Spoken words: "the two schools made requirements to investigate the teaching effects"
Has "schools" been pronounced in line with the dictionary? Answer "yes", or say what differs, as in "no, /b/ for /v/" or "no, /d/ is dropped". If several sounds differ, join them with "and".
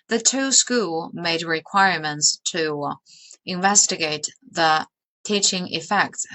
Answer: no, /z/ is dropped